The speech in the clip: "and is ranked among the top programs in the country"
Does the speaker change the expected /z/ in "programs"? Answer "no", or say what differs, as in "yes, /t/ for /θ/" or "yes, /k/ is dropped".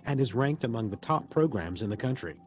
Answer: no